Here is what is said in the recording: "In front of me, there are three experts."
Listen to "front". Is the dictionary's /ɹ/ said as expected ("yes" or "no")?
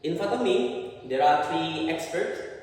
no